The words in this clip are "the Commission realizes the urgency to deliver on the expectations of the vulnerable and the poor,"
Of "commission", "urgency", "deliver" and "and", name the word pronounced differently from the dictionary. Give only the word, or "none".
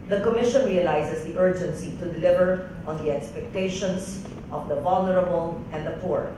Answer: none